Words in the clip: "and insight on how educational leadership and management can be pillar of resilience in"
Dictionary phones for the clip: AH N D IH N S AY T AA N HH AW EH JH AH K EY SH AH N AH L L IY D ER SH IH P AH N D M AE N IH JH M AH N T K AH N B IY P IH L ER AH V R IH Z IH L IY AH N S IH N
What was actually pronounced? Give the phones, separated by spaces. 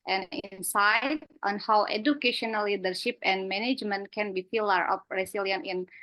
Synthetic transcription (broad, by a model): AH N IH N S AY T AA N HH AW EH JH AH K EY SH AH N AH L L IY D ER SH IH P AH N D M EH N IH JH M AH N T K AH N B IY F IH L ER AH P R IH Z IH L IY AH N IH N